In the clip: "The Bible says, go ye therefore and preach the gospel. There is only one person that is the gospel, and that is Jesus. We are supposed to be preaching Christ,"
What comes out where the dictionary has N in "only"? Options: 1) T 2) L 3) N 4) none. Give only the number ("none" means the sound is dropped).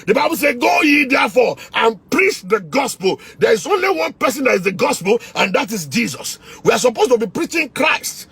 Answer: 3